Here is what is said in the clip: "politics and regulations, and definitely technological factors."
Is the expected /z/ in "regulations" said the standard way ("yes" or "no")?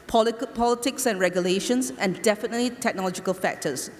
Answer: no